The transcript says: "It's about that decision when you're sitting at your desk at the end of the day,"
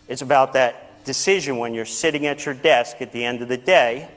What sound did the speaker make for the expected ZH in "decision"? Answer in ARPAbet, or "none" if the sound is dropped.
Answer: ZH